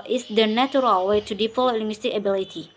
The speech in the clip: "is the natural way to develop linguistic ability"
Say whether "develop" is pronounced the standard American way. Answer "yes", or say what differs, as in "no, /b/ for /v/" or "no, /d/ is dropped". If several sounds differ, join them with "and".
no, /p/ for /v/